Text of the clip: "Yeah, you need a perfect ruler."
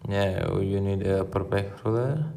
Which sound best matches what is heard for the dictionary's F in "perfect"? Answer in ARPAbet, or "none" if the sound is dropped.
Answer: P